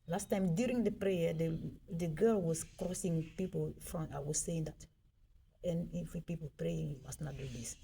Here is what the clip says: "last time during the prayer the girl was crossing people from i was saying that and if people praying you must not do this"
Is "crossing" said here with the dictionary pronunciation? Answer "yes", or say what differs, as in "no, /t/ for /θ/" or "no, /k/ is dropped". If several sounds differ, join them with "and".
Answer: yes